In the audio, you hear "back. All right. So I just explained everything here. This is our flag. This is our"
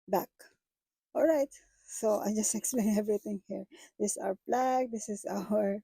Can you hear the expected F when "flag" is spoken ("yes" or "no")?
no